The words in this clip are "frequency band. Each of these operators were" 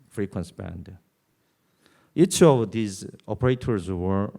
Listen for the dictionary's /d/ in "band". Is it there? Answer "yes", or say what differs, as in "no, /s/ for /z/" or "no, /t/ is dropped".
yes